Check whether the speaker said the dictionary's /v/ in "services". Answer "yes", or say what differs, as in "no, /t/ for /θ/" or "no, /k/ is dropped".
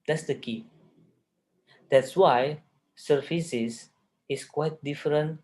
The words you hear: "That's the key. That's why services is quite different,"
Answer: no, /f/ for /v/